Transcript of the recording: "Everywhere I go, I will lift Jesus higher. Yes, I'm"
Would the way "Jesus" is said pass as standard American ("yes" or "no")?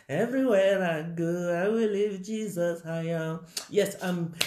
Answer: yes